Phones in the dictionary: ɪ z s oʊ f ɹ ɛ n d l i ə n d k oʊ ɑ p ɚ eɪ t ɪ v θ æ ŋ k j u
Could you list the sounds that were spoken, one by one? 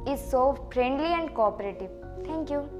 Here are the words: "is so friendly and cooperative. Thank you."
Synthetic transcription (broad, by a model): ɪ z s oʊ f ɹ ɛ n d l i ə n d k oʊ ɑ p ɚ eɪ t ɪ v t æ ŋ k j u